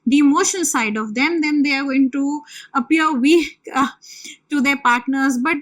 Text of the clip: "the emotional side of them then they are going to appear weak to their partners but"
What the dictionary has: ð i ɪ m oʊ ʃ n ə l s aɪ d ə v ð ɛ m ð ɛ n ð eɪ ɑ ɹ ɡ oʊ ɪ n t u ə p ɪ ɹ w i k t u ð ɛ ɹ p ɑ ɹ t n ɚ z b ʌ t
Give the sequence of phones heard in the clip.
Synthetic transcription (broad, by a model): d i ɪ m oʊ ʃ ə n s aɪ d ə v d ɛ m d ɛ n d eɪ ɑ ɹ ɡ oʊ ɪ n t u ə p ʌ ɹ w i k t u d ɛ ɹ p ɑ ɹ t n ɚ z b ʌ t